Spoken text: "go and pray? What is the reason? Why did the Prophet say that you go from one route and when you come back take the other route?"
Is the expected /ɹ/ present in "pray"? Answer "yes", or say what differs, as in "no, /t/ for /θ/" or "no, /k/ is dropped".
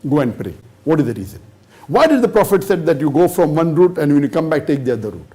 yes